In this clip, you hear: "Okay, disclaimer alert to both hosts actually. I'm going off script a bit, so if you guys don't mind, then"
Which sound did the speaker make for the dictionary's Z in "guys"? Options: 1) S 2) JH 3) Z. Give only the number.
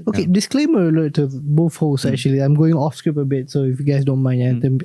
1